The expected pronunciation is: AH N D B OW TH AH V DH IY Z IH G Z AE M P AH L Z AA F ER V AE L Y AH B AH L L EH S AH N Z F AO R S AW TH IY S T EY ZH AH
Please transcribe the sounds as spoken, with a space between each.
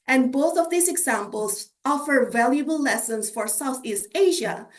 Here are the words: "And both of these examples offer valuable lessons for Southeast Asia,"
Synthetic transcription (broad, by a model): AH N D B OW TH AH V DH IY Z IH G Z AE M P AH L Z AA F ER V AE L Y AH B AH L L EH S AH N S F AO R S AW TH IY S T EY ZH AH